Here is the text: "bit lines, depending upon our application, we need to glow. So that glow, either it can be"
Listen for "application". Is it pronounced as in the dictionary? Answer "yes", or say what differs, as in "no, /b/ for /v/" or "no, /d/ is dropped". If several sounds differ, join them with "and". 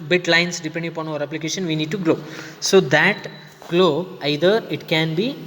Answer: yes